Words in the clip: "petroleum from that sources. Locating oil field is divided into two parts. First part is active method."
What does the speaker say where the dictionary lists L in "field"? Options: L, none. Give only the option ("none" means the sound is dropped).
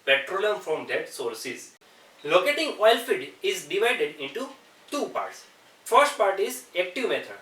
none